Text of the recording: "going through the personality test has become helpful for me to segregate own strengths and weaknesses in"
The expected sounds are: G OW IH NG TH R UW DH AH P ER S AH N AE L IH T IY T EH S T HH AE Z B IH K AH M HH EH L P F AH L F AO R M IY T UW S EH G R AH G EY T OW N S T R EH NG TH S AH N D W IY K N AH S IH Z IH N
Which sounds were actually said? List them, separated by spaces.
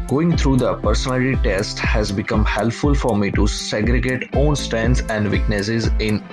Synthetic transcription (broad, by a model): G OW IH NG T R UW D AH P ER S AH N AE L IH T IY T EH S T HH AE Z B IH K AH M HH EH L P F AH L F AO R M IY T UW S EH G R AH G EY T OW N S T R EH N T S AH N D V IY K N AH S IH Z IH N